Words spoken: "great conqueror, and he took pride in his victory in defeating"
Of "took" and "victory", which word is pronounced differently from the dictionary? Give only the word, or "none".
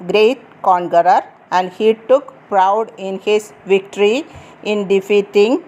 none